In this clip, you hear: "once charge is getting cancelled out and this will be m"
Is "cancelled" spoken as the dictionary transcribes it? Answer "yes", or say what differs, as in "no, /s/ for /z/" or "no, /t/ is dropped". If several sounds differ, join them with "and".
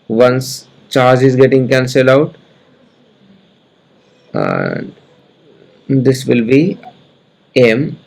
no, /d/ is dropped